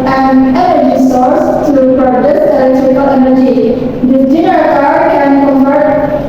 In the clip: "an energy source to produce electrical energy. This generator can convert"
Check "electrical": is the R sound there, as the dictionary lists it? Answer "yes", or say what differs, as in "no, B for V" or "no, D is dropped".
no, R is dropped